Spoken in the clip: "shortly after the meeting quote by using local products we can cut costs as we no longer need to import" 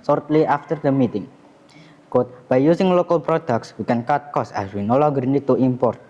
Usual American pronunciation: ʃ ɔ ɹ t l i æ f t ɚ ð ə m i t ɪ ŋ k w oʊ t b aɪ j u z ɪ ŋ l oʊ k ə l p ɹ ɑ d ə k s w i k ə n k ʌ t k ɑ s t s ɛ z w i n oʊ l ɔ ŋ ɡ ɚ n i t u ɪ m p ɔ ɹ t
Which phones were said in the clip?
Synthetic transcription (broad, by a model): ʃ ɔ ɹ t l i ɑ f t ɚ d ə m i t ɪ ŋ k w oʊ t b aɪ j u s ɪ ŋ l oʊ k ə l p ɹ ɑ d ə k s w i k ə n k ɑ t k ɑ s s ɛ s w i n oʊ l ɔ ɡ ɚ n i t u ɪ m p ɔ ɹ t